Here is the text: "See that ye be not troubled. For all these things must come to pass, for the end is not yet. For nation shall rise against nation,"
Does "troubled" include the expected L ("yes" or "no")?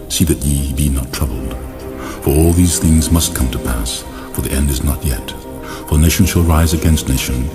yes